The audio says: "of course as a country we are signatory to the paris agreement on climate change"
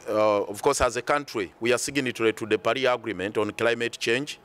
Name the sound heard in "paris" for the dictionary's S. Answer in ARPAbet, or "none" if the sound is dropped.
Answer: none